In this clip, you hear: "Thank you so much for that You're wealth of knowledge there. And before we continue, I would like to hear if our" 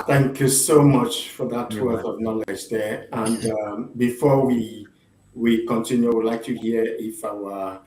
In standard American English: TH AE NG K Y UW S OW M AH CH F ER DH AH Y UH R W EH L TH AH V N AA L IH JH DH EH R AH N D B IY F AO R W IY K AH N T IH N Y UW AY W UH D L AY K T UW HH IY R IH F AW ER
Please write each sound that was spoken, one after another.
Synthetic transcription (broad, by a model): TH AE NG K Y UW S OW M AH CH F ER DH AH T W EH TH AH V N AA L IH JH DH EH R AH N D B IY F AO W W IY K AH N T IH N Y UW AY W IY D L AY K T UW HH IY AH IH F AW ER